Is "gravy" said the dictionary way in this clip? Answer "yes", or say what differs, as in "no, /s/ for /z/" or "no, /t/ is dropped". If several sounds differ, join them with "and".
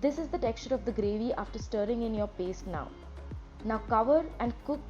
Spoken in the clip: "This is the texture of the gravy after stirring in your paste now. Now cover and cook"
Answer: yes